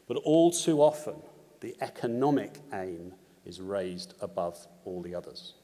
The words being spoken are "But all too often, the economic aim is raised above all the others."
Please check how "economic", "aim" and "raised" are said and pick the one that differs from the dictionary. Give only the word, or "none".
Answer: none